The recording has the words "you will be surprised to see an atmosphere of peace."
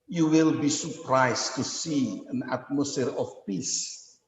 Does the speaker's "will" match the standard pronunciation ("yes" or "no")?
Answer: yes